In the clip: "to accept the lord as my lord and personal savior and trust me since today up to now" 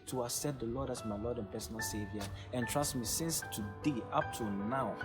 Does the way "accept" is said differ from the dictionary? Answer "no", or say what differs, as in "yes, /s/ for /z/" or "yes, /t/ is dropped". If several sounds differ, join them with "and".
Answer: yes, /k/ is dropped and /p/ is dropped